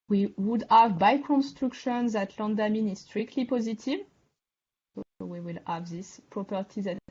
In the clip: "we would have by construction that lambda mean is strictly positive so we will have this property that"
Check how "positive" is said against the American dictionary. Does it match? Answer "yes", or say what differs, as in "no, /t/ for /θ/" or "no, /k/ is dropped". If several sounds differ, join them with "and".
yes